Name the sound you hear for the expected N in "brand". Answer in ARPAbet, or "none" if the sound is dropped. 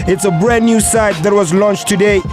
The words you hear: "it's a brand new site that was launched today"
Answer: none